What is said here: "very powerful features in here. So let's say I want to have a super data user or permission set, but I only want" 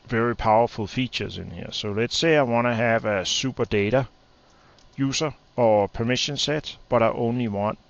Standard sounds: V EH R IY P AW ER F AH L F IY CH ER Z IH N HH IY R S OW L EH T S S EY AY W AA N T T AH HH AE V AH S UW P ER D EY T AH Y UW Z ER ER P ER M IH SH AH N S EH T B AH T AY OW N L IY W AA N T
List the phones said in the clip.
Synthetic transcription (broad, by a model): V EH R IY P AW ER F AH L F IY CH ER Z IH N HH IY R S OW L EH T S S EY AY W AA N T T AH HH AE V AH S UW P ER D EY T AH Y UW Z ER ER P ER M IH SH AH N S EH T B AH T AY OW N L IY W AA N